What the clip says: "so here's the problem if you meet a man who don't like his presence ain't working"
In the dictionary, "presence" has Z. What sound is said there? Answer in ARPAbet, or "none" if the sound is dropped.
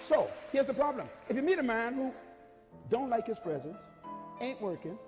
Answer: Z